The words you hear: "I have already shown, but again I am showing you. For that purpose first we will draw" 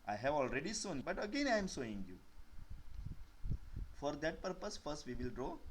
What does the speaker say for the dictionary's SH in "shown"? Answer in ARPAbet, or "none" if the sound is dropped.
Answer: S